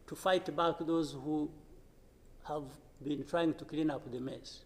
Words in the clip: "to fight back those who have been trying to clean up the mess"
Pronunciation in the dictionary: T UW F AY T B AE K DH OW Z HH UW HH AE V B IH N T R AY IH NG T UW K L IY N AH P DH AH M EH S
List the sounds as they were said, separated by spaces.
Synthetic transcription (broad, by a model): T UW F AY T B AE K DH OW Z HH UW HH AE V B IH N T R AY IH NG T UW K L IY N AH P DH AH M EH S